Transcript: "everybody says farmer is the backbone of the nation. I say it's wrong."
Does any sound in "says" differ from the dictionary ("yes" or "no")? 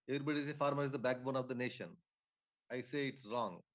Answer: yes